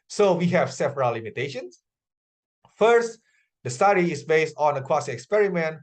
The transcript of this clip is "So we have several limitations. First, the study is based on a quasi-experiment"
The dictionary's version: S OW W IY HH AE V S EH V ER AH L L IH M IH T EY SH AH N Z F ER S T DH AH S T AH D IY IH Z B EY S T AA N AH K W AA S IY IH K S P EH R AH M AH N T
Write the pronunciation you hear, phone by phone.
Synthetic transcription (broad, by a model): S OW W IY HH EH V S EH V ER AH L L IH M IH T EY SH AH N S F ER S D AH S T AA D IY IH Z B EY S T AA N AH K W AA S IY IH K S P EH R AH M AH N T